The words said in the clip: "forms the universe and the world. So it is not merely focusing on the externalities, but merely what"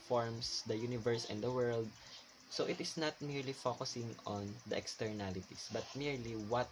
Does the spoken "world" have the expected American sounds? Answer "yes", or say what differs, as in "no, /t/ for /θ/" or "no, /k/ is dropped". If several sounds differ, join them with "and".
yes